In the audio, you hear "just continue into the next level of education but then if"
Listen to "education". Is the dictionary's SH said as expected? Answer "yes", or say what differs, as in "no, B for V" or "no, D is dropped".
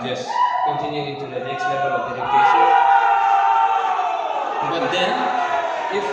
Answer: no, S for SH